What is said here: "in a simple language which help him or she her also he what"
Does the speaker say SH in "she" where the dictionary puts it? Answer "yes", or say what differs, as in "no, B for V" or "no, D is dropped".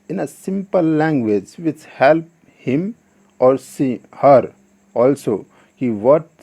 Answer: no, S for SH